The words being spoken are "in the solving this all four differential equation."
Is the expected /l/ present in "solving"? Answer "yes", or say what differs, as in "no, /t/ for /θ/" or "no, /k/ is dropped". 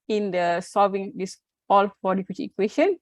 no, /l/ is dropped